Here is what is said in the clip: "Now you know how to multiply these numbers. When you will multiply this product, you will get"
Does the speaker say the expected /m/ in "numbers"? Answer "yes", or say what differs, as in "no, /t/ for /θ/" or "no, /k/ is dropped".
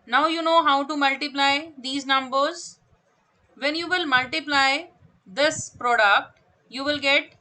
yes